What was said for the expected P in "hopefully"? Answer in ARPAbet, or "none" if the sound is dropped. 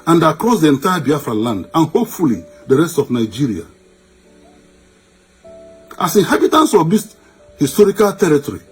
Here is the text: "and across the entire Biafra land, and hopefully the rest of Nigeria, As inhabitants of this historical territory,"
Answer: P